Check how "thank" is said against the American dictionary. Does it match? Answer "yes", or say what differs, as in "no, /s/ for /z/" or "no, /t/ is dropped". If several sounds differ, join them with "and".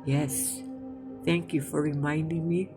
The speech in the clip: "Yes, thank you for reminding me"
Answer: yes